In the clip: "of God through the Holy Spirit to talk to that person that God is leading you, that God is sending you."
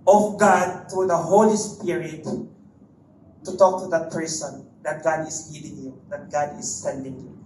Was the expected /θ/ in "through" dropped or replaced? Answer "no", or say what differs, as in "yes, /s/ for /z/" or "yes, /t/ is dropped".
yes, /t/ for /θ/